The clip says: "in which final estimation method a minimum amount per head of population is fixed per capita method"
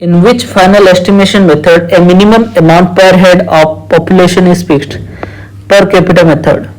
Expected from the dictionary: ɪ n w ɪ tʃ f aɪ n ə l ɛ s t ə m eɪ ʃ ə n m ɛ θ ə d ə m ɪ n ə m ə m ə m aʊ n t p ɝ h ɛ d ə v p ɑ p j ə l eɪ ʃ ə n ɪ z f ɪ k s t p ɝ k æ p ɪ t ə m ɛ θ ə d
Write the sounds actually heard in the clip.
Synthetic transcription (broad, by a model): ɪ n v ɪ tʃ f aɪ n ə l ɛ s t ə m eɪ ʃ ə n m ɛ t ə d ə m ɪ n ə m ə m ə m aʊ n t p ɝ h ɛ d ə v p ɑ p j ə l eɪ ʃ ə n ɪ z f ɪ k t p ɝ k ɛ p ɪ t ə m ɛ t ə d